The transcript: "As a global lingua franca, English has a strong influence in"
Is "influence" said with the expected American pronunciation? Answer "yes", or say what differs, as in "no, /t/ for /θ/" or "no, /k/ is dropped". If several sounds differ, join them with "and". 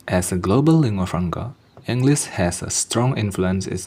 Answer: yes